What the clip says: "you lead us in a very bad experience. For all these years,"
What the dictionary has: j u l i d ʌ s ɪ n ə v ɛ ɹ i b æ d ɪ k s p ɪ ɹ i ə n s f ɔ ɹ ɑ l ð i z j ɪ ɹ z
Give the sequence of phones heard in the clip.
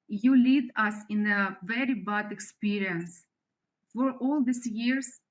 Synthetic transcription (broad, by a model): j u l i d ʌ s ɪ n ə v ɛ ɹ i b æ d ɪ k s p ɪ ɹ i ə n s f ɔ ɹ ɑ l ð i s j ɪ ɹ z